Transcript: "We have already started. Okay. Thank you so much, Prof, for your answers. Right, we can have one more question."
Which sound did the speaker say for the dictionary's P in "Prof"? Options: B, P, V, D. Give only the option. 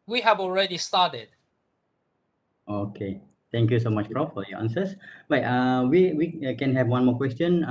B